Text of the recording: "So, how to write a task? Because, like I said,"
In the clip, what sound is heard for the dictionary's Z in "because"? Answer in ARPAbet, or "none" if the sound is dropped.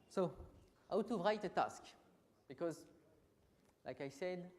Z